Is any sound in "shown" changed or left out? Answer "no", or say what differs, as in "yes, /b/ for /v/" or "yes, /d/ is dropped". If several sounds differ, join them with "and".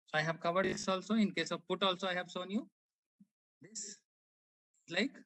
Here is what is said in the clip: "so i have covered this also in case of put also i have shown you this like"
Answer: yes, /s/ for /ʃ/